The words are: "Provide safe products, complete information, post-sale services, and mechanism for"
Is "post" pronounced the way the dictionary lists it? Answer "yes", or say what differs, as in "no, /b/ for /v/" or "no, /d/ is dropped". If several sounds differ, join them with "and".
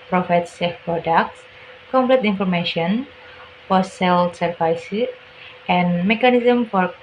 no, /f/ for /p/ and /s/ is dropped